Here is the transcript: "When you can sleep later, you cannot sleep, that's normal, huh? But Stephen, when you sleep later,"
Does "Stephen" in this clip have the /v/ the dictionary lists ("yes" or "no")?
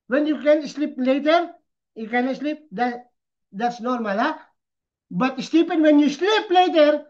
no